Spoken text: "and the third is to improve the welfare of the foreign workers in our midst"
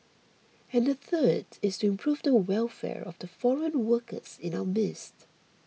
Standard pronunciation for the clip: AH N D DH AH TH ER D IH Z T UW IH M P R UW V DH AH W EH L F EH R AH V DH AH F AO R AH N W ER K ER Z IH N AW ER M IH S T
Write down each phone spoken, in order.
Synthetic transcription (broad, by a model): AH N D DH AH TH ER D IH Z T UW IH M P R UW V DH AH W EH L F EH R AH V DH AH F AO R AH N W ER K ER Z IH N AW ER M IH S T